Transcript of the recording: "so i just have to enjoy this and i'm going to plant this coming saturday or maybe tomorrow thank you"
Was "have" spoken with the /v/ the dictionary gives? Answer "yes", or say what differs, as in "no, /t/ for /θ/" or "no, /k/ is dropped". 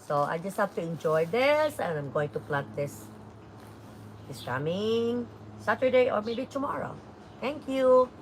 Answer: no, /f/ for /v/